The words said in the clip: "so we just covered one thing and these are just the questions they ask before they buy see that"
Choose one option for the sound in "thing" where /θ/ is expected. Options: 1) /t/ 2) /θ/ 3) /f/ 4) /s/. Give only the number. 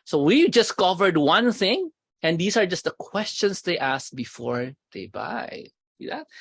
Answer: 2